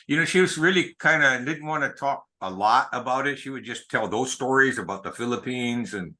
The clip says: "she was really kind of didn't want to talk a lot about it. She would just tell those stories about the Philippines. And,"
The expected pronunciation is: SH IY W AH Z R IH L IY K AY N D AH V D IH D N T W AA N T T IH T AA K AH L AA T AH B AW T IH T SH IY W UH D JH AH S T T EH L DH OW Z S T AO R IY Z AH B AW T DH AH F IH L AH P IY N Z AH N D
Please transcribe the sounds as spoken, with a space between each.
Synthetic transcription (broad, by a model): SH IY W AH Z R IH L IY K AY N D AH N D IH D N T W AA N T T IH T AA K AH L AA T AH B AW T IH T SH IY W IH D JH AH S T T EH L DH OW Z S T AO R IY Z AH B AW T DH AH F IH L AH P IY N Z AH N